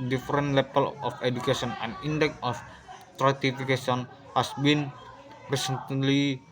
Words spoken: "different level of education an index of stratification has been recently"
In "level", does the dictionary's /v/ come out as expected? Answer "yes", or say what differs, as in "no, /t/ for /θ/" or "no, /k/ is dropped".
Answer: no, /p/ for /v/